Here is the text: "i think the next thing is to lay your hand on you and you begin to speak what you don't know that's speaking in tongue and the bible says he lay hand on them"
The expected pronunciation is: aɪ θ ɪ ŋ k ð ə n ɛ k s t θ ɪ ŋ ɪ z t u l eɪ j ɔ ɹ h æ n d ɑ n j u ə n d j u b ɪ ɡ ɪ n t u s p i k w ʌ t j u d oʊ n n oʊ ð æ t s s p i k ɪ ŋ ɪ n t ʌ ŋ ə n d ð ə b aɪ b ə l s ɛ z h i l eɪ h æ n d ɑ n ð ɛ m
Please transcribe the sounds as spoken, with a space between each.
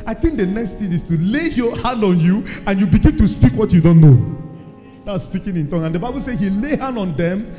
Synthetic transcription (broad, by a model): aɪ θ ɪ ŋ k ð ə n ɛ k s t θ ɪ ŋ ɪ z t u l eɪ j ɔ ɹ h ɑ n d ɑ n j u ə n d j u b ɪ ɡ ɪ n t u s p i k w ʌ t j u d oʊ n n oʊ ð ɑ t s s p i k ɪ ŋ ɪ n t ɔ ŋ ə n d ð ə b aɪ b ə l s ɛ h i l eɪ h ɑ n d ɑ n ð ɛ m